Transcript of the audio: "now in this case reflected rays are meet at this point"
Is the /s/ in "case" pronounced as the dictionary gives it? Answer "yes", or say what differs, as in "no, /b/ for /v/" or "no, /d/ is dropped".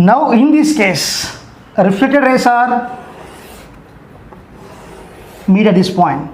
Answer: yes